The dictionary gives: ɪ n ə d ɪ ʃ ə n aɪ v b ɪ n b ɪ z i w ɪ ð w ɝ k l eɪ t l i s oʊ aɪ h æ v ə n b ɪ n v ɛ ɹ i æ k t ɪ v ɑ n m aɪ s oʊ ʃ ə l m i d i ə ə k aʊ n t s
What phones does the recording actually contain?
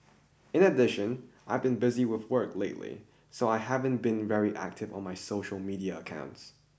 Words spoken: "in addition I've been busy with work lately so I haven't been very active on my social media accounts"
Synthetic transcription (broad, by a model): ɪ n ə d ɪ ʃ ə n aɪ v b ɪ n b ɪ z i w ɪ ð w ɝ k l eɪ t l i s oʊ aɪ h æ v ə n b ɪ n v ɛ ɹ i æ k t ɪ v n m aɪ s oʊ ʃ l m i d i ə ə k aʊ n t s